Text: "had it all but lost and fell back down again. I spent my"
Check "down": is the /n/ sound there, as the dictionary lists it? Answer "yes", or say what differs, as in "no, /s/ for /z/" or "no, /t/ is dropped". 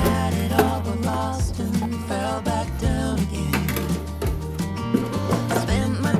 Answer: no, /n/ is dropped